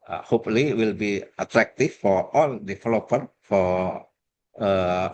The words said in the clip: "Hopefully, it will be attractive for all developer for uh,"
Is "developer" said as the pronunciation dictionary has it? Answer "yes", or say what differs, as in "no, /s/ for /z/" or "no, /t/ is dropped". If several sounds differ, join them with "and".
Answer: no, /f/ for /v/